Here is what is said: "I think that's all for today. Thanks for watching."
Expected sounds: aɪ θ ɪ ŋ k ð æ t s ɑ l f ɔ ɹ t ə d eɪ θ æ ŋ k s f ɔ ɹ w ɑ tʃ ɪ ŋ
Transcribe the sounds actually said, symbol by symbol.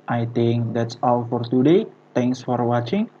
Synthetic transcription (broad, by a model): aɪ t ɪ ŋ k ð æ t s ɑ l f ɔ ɹ t ə d eɪ t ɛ ŋ k s f ɔ ɹ w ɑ tʃ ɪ ŋ